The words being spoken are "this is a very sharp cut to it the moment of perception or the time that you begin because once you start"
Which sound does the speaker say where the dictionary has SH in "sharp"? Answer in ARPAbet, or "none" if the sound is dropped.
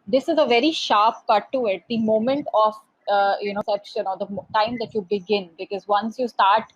SH